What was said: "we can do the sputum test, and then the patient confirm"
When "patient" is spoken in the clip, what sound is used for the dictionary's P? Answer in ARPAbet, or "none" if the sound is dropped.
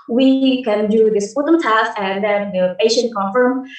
P